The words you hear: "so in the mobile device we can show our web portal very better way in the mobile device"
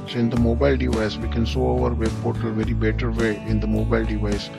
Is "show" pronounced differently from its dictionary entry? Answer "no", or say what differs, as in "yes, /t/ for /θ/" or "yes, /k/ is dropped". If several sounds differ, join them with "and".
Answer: yes, /s/ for /ʃ/